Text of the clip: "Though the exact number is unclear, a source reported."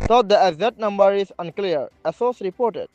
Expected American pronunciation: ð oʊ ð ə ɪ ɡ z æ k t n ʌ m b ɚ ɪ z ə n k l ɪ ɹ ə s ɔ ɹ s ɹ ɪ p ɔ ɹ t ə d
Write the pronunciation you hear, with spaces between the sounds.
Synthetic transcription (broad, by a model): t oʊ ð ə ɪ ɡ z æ t n ʌ m b ɚ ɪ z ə n k l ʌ ɹ ə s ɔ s ɹ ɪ p ɔ ɹ t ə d